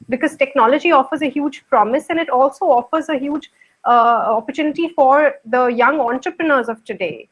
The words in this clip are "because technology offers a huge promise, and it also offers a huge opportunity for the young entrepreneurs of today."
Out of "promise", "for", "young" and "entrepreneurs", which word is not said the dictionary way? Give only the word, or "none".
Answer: none